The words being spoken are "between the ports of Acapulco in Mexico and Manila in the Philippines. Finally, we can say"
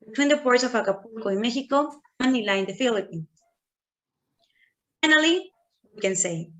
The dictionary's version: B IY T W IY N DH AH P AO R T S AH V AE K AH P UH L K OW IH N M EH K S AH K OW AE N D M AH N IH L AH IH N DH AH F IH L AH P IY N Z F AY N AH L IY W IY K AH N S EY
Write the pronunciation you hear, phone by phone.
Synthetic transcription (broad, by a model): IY T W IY N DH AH P AO R T S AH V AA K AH P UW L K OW IH N M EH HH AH K OW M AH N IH L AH IH N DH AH F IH L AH P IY N F AY N AH L IY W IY K AH N S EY